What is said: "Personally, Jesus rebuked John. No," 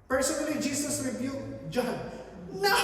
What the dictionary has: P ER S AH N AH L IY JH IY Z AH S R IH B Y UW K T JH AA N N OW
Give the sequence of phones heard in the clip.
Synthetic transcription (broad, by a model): P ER S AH N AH L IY JH IY S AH S R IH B Y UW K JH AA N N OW